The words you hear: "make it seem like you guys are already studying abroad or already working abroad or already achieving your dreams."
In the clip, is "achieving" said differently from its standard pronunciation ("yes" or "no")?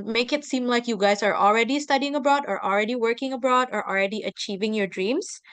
no